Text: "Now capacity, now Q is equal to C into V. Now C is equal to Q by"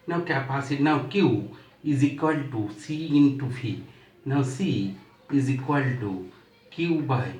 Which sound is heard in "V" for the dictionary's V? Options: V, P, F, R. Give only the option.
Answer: F